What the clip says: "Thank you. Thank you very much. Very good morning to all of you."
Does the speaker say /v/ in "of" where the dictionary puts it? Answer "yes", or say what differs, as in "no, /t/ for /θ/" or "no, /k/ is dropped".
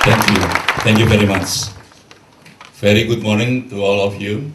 no, /f/ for /v/